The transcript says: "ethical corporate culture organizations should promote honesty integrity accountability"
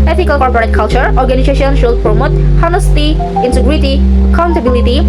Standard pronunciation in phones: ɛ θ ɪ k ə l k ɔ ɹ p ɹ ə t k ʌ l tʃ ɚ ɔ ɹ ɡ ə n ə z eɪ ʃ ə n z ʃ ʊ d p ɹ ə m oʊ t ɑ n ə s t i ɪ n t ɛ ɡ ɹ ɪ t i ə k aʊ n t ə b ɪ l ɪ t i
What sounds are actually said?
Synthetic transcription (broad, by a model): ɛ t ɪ k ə l k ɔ ɹ p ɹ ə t k ʌ l tʃ ɚ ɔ ɹ ɡ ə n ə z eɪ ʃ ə n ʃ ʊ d p ɹ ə m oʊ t ɑ n ə s t i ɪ n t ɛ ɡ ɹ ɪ t i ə k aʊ n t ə b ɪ l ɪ t i